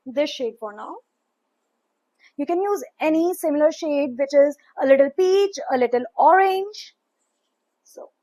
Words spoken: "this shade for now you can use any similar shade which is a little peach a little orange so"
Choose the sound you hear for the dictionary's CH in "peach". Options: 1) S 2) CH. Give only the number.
2